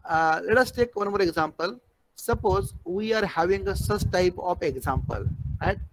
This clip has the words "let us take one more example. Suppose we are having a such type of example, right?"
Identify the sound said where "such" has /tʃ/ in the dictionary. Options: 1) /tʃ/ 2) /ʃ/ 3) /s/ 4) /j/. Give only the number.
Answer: 3